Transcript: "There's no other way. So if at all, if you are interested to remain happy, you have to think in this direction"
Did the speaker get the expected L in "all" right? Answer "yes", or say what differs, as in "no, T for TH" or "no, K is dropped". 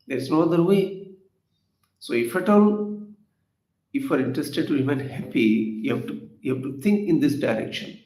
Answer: no, N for L